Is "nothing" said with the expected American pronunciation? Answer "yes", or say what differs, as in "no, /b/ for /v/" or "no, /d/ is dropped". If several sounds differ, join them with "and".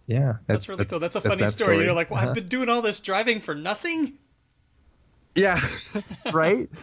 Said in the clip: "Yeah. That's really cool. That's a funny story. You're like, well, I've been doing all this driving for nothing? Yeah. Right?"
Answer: yes